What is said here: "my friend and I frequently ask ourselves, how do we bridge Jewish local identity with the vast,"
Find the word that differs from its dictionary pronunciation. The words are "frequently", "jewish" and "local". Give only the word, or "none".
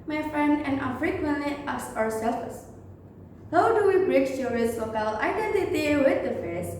jewish